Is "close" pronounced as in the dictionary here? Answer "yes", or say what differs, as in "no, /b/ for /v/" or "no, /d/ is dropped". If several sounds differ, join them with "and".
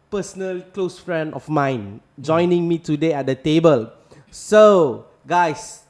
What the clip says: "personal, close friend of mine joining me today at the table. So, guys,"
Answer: yes